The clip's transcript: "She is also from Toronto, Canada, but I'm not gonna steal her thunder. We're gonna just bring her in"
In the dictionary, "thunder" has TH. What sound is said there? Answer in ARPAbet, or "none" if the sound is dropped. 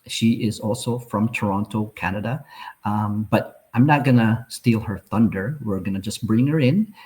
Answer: TH